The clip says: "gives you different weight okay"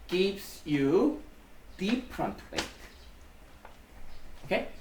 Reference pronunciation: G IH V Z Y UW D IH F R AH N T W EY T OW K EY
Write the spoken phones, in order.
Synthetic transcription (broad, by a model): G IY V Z Y UW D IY P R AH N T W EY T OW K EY